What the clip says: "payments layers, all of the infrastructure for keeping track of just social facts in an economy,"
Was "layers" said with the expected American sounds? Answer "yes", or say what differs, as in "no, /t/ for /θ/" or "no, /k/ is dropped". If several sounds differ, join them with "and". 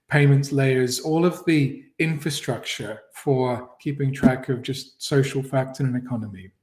yes